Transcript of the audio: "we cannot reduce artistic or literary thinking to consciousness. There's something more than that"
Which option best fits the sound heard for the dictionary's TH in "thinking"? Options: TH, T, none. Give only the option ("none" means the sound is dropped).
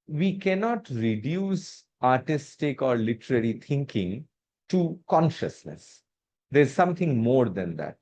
T